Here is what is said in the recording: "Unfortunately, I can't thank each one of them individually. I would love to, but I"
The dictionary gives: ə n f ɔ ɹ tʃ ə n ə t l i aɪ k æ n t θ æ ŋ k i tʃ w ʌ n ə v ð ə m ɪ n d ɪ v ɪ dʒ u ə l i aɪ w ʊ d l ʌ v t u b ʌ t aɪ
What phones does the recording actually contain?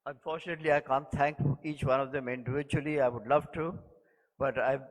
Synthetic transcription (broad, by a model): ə n f ɔ ɹ tʃ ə n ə t l i aɪ k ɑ n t t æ ŋ k i tʃ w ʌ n ə v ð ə m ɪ n d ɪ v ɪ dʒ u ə l i aɪ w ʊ d l ʌ v t u b ʌ t aɪ